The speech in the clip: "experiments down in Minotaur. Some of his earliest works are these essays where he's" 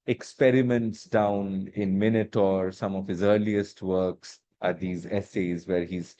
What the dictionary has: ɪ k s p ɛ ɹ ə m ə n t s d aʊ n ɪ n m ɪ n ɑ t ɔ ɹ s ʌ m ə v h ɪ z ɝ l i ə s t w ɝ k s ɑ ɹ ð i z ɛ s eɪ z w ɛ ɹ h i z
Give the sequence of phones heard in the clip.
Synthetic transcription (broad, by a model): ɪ k s p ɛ ɹ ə m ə n t s d aʊ n ɪ n m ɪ n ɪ t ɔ ɹ s ʌ m ə v h ɪ z ɝ l i ə s t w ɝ k s ɑ ɹ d i z ɛ s eɪ z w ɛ ɹ h i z